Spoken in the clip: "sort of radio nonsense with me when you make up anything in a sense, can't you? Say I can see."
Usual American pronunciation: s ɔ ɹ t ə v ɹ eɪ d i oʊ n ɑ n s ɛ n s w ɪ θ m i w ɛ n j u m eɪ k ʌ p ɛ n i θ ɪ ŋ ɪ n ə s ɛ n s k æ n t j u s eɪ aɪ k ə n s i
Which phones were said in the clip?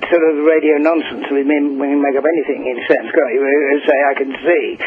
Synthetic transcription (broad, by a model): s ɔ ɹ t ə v ɹ eɪ d i oʊ n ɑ n s n s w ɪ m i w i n m eɪ k ʌ p ɛ n i θ ɪ ŋ ɪ n s ɛ n s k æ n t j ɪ s eɪ aɪ k ə n s i